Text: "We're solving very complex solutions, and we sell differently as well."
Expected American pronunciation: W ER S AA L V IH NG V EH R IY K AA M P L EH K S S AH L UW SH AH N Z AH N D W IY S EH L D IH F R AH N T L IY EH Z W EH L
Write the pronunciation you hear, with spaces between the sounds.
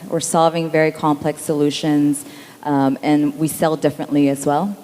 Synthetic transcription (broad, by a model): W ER S AA L V IH NG V EH R IY K AA M P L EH K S S AH L UW SH AH N Z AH N W IY S EH L D IH F R AH N T L IY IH Z W EH L